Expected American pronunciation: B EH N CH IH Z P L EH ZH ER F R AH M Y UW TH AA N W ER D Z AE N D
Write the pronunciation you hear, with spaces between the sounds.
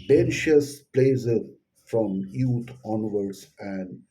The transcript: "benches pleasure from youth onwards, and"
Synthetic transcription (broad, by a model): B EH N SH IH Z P L EH Z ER F R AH M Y UW T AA N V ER D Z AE N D